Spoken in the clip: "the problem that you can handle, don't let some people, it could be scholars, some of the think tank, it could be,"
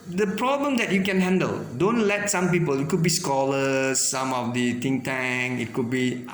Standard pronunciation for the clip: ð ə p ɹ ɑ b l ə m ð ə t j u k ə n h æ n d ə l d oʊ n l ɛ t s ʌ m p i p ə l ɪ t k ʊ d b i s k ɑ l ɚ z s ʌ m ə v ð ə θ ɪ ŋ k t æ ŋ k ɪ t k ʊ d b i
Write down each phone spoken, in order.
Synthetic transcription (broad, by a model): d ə p ɹ ɑ b l ə m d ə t j u k ə n h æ n d ə l d oʊ n l ɛ t s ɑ m p i p ə l ɪ t k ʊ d b i s k ɑ l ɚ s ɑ m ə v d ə t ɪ ŋ t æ ŋ ɪ t k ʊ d b i